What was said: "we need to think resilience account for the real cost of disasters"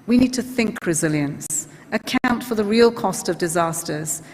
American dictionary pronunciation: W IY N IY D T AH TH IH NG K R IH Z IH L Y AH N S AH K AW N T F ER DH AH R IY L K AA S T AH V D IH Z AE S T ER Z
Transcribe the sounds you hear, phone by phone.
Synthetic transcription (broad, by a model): W IY N IY D T AH TH IH NG K R IH Z IH L Y AH N S AH K AW N T F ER DH AH R IY L K AA S T AH V D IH Z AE S T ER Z